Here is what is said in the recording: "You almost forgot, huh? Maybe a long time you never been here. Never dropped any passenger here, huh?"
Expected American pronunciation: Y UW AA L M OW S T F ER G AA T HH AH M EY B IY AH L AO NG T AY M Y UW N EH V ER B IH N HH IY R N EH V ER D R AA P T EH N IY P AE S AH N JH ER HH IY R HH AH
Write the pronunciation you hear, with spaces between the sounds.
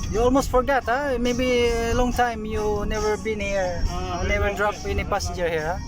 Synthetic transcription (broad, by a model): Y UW AA L M OW S T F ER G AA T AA M EY B IY L AO NG T AY M Y UW N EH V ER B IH N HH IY R N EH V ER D R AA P EH N IY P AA S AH JH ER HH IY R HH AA